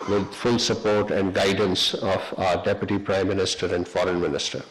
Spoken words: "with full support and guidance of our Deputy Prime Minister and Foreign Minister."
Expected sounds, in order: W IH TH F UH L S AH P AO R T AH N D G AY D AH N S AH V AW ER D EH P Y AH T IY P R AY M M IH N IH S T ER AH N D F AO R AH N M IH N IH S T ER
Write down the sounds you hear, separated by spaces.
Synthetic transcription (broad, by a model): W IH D F UH L S AH P AO R T AH N D G AY D AH N S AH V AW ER D EH P Y AH T IY P R AY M M IH N IH S T ER AH N D F AO R AH N M IH N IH S T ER